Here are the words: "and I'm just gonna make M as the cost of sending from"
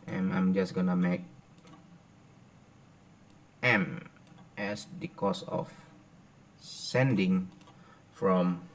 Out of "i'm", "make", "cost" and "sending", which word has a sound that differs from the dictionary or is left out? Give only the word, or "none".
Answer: cost